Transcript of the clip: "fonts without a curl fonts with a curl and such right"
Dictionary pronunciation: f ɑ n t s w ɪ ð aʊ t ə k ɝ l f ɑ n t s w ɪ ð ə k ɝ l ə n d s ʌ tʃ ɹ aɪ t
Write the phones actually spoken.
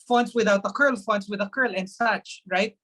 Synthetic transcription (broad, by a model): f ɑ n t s w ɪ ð aʊ t ə k ɝ l f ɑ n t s w ɪ ð ə k ɝ l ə n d s ʌ tʃ ɹ aɪ t